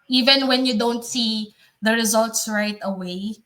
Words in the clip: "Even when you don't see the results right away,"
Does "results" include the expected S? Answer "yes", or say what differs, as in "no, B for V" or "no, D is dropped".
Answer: yes